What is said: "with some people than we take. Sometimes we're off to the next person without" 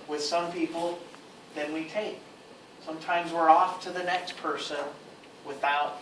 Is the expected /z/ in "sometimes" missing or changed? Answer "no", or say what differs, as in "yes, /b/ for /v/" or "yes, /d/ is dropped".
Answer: no